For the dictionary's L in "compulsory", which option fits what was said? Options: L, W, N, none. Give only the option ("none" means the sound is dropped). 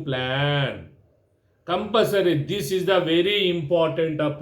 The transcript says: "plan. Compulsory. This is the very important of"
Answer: none